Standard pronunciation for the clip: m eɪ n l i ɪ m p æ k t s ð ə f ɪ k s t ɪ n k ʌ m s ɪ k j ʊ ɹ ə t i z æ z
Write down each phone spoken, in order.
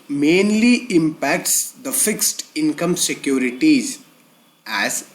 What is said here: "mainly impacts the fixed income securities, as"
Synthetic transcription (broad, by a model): m eɪ n l i ɪ m p æ k t s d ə f ɪ k s t ɪ n k ʌ m s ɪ k j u ɹ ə t i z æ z